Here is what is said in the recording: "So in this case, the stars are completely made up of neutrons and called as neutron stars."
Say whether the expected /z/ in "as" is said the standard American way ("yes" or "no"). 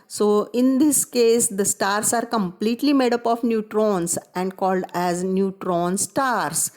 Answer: yes